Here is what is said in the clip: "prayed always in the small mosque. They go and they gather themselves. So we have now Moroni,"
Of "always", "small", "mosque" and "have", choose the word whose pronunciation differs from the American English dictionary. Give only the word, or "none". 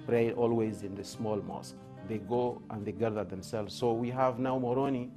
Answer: none